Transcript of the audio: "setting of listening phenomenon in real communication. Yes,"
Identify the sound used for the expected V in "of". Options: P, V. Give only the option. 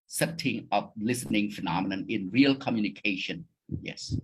P